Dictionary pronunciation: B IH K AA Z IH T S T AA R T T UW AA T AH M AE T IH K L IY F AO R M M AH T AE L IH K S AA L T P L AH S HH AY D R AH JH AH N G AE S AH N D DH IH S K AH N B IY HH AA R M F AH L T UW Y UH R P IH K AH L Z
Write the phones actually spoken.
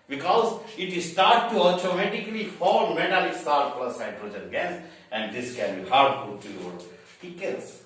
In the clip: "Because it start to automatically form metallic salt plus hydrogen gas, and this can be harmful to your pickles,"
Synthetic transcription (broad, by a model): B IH K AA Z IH T S T AA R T T UW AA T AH M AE T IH K L IY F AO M M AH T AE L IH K S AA T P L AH S AY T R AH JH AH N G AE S AH N D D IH S K AH N B IY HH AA R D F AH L T UW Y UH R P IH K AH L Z